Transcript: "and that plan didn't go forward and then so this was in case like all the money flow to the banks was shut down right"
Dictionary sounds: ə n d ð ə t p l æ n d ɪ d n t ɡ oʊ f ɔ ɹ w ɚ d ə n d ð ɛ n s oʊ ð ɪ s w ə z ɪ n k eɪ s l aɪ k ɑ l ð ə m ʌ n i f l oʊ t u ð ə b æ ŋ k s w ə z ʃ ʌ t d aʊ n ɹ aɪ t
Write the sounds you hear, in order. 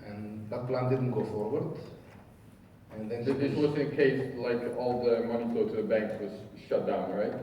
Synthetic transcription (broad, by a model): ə n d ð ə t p l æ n d ɪ d n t ɡ oʊ f ɔ ɹ w ɚ d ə n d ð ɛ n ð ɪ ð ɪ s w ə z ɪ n k eɪ s l aɪ k ɑ l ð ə m ʌ n i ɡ oʊ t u ð ə b æ ŋ k s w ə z ʃ ʌ t d aʊ n ɹ aɪ t